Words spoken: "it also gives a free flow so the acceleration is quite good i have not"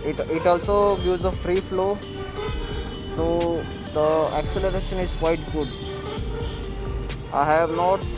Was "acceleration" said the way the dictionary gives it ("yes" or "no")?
yes